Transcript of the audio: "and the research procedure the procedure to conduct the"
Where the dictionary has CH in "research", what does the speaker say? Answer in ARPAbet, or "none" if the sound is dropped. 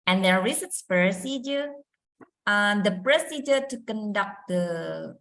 S